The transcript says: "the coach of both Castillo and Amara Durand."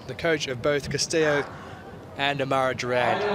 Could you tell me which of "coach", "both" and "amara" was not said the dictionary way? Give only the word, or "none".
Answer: none